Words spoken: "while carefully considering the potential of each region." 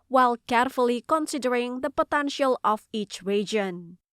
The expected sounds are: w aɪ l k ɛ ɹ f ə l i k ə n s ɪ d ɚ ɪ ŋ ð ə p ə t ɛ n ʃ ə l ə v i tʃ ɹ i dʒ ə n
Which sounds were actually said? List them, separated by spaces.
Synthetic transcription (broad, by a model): w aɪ l k ɛ ɹ f ə l i k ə n s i d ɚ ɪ ŋ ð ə p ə t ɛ n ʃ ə l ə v i tʃ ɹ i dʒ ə n